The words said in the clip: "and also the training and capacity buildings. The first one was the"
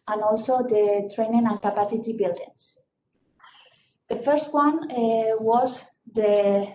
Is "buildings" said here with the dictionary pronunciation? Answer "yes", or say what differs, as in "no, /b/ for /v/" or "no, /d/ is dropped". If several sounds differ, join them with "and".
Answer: no, /s/ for /z/